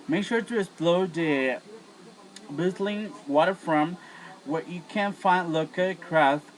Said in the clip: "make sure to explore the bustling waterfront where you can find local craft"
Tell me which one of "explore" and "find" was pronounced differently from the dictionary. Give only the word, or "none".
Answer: explore